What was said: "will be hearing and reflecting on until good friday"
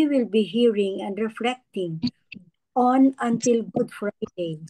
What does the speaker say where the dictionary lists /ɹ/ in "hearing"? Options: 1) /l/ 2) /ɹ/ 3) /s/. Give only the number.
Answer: 2